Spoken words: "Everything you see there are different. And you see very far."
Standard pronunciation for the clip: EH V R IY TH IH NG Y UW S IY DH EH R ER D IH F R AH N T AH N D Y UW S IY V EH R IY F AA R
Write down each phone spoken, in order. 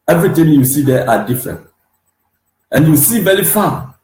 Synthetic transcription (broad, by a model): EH V R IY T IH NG Y UW S IY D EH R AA D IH F R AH N T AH N Y UW S IY B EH L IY F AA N